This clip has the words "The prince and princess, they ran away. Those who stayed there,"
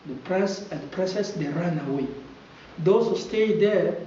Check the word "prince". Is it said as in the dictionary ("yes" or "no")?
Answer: no